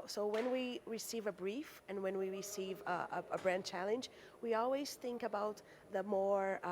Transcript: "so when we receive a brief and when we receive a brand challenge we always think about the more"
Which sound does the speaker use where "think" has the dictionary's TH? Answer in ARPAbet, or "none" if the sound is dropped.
TH